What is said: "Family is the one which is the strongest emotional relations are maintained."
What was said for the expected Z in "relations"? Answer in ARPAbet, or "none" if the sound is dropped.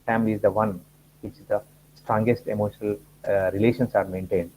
S